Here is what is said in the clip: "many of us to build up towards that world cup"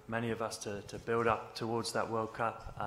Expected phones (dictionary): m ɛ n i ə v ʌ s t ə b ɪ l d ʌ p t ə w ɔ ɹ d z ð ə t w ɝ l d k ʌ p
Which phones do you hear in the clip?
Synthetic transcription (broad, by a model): m ɛ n i ə v ʌ s t ə b ɪ l d ʌ p t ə w ɔ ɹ d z ð ə t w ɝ l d k ʌ p